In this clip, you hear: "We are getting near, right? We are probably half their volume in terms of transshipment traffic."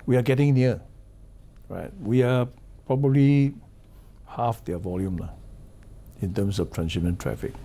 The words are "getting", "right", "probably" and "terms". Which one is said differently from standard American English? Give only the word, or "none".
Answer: terms